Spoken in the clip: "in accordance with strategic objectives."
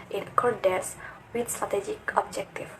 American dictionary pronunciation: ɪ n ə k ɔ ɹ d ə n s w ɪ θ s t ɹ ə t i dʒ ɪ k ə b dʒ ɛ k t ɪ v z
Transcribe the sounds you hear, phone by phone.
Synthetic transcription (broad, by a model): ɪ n k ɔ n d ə s w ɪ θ s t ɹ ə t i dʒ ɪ k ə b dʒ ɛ k t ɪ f